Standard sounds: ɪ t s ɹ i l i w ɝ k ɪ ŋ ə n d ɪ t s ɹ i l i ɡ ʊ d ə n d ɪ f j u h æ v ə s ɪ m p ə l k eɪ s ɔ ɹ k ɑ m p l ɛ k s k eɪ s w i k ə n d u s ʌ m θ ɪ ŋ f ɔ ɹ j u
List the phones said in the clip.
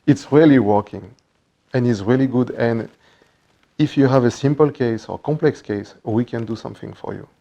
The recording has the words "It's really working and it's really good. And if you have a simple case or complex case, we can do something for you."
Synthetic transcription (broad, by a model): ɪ t s ɹ i l i w ɝ k ɪ ŋ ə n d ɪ t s ɹ i l i ɡ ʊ d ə n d ɪ f j u h æ v ə s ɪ m p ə l k eɪ s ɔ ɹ k ɑ m p l ɛ k s k eɪ s w i k ə n d u s ʌ m θ ɪ ŋ f ɔ ɹ j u